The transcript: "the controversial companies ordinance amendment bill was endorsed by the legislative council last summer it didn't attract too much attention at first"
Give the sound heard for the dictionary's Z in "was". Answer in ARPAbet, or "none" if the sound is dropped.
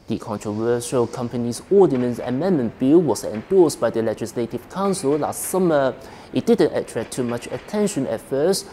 S